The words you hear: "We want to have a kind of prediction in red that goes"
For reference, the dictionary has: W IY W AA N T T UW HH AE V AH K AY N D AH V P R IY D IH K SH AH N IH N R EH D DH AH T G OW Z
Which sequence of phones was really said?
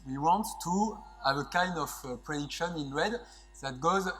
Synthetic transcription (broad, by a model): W IY W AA N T T UW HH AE V AH K AY N D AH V P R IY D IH K SH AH N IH N W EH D DH AH T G OW Z